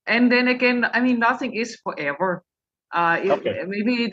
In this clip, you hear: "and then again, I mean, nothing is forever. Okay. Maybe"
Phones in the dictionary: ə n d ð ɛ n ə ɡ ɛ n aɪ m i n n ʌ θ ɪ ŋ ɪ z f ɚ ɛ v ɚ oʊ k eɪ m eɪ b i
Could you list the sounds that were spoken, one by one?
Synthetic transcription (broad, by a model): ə n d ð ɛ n ə ɡ ɛ n aɪ m i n n ʌ θ ɪ ŋ ɪ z f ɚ ɛ v ɚ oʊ ɪ m eɪ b i